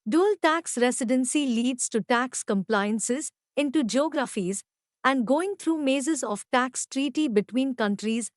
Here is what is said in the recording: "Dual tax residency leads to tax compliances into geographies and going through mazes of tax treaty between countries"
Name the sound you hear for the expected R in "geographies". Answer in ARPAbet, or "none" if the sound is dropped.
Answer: R